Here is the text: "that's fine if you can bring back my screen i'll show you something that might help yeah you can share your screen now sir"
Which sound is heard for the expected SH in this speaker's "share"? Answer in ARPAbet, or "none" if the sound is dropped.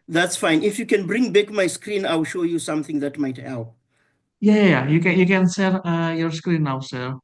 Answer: S